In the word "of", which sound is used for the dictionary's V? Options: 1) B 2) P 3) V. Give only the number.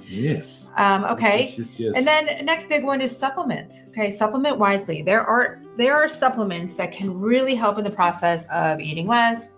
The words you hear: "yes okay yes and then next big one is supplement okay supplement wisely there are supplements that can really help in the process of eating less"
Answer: 3